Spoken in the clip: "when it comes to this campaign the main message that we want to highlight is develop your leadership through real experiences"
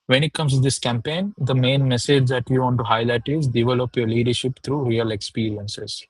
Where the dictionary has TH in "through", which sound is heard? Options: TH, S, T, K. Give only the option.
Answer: T